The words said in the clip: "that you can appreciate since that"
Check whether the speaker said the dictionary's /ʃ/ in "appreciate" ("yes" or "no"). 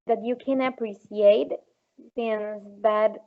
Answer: no